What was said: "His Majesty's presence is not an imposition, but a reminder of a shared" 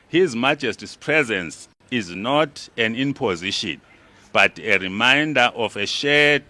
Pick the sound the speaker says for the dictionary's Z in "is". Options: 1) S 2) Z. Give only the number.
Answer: 2